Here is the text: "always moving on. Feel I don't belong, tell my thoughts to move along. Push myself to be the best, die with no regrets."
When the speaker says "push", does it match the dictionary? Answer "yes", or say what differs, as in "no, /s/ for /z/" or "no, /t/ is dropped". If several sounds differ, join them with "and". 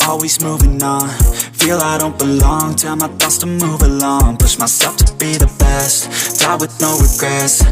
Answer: no, /s/ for /ʃ/